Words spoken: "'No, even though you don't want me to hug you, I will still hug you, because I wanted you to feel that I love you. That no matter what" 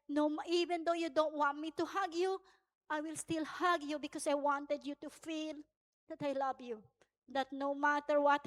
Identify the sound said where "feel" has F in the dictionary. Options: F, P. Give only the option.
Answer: F